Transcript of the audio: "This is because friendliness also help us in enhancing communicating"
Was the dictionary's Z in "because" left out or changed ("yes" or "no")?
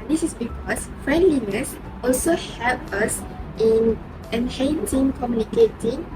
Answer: yes